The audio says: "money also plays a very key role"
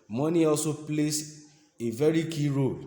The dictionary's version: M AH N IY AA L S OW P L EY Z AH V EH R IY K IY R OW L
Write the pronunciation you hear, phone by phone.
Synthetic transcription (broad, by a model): M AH N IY AA L S OW P L EY S AH V EH R IY K IY R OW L